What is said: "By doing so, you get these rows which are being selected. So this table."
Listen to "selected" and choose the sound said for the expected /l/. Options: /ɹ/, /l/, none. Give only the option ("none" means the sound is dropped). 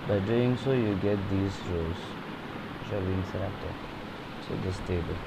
none